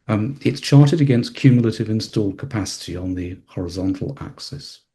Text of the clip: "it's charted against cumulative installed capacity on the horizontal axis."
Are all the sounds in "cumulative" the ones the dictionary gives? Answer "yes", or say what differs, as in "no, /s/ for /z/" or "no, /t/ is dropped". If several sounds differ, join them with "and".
yes